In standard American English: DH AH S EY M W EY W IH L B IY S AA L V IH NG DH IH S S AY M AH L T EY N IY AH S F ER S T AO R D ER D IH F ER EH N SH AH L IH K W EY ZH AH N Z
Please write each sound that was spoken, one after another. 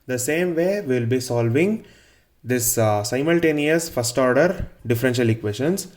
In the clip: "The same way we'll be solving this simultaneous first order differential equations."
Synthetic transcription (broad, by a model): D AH S EY M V EY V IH L B IY S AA L V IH NG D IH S S AY M AH L T EY N IY AH S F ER S T AO R D ER D IH F ER EH N SH AH L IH K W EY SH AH N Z